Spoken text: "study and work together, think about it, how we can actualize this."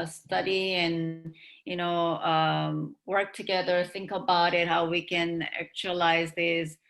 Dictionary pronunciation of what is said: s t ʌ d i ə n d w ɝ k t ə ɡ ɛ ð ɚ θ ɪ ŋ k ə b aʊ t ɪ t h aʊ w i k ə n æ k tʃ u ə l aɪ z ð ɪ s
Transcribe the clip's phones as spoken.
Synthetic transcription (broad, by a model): s t ʌ d i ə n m w ɝ k t ə ɡ ɛ ð ɚ θ ɪ ŋ k ə b aʊ t ɪ t h aʊ w i k ə n æ k tʃ u ə l aɪ z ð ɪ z